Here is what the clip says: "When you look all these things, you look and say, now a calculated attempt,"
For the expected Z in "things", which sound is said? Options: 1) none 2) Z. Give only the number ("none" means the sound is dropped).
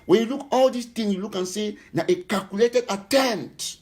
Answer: 1